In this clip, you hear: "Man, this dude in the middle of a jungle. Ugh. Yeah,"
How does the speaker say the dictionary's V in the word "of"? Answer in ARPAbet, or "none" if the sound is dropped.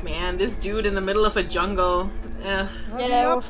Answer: V